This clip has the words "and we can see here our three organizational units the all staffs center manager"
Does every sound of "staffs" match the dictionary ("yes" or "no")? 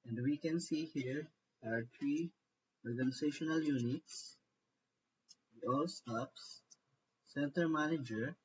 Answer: no